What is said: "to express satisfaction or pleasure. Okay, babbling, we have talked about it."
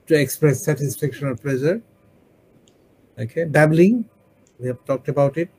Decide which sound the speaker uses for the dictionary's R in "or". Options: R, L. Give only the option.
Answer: L